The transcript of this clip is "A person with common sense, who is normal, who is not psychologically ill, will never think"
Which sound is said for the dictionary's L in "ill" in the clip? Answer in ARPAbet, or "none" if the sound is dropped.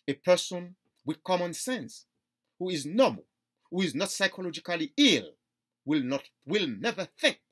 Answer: L